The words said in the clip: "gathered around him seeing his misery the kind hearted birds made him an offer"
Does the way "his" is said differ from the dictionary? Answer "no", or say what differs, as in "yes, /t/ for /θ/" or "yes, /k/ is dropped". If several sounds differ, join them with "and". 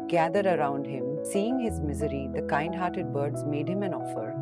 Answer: no